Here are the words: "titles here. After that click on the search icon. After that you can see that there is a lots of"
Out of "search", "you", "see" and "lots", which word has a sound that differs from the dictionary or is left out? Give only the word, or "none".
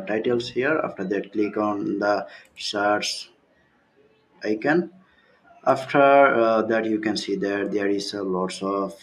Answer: search